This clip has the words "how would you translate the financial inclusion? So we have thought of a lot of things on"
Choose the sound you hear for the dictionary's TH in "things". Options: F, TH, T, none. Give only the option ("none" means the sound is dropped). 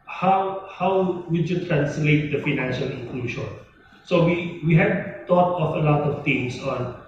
T